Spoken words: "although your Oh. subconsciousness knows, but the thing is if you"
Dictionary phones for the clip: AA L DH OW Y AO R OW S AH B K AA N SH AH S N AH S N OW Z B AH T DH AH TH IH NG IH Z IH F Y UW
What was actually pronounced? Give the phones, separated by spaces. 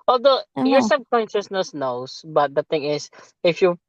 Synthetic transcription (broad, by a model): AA L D OW Y AO R S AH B K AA N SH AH S N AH S N OW S B AH T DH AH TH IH NG IH S IH F Y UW